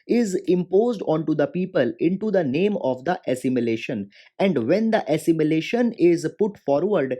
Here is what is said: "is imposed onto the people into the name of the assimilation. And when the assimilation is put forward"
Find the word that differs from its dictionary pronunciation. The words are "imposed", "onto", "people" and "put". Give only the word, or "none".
none